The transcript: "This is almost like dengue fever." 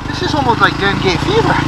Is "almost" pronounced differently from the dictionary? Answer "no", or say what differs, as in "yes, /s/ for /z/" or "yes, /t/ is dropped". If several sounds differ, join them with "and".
yes, /s/ is dropped